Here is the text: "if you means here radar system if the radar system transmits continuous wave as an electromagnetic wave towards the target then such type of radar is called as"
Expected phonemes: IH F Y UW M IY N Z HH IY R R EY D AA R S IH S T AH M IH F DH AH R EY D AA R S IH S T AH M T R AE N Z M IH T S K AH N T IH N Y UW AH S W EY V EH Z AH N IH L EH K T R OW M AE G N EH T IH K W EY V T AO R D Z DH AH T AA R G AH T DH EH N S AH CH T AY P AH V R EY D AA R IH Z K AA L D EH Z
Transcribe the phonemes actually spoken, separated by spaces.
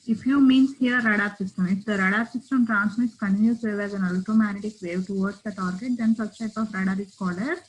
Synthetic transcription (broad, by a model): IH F Y UW M IY N S HH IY R R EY D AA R S IH S T AH M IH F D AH R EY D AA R S IH S T AH M T R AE N S M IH T S K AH N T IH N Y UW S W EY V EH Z AH N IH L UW T OW M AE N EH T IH K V EY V T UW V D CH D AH T AA R G AH T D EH N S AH S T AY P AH F R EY D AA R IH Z K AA L AH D